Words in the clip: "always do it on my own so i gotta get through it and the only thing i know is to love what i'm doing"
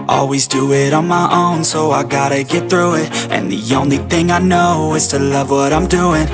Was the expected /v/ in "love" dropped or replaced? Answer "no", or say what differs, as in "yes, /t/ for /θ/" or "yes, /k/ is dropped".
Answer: no